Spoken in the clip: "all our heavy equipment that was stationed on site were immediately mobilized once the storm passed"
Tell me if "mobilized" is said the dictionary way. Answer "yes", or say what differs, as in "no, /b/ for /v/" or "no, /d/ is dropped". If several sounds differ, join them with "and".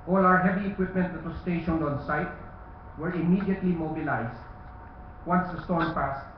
no, /s/ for /z/